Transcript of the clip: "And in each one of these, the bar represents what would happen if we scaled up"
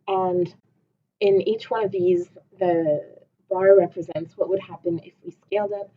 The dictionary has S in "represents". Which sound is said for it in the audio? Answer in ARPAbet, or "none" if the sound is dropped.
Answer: S